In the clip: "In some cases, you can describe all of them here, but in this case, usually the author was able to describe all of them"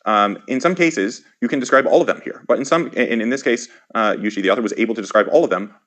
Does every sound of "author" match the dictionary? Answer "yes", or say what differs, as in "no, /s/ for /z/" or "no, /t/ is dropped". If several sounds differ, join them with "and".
yes